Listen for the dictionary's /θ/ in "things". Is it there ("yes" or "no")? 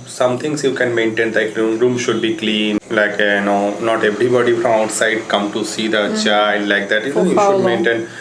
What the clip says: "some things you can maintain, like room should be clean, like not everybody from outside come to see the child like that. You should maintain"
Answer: no